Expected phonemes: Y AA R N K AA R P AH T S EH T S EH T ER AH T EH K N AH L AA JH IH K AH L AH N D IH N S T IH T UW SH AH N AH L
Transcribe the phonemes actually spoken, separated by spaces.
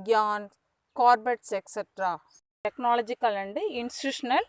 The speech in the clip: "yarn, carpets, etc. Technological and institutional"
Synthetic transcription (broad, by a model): Y AA N K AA R B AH T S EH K S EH T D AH T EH K N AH L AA JH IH K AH L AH N D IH N S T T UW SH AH N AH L